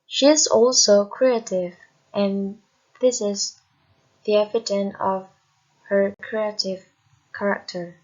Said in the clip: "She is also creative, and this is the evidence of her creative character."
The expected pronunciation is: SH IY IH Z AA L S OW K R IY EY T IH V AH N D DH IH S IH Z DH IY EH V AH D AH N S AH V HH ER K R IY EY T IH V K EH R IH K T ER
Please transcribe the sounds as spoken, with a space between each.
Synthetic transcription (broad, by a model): SH IY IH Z AA L S OW K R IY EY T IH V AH N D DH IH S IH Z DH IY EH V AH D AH N AH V HH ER K R IY EY T IH V K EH R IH K T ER